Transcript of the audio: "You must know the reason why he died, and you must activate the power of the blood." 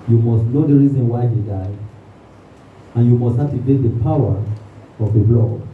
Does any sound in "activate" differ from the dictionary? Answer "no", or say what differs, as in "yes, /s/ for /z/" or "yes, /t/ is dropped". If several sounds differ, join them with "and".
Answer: yes, /k/ is dropped